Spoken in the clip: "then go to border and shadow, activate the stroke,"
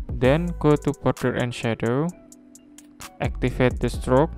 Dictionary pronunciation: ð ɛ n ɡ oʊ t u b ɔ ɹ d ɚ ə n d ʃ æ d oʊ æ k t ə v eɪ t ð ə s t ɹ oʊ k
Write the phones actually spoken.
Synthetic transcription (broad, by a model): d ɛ n ɡ oʊ t u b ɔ ɹ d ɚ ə n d ʃ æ d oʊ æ k t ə f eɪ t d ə s t ɹ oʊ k